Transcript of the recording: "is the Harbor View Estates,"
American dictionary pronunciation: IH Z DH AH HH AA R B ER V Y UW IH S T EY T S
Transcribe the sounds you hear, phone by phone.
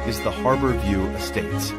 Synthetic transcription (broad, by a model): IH Z DH AH HH AA R B ER V Y UW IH S T EY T S